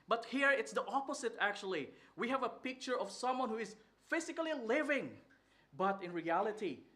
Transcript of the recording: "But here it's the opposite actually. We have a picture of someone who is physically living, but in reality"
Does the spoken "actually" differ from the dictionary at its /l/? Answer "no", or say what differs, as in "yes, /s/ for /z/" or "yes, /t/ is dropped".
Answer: no